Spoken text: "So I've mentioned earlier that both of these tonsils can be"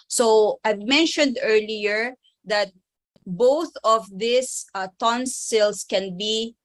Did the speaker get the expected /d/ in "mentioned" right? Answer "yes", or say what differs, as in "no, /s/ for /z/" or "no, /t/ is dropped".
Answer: yes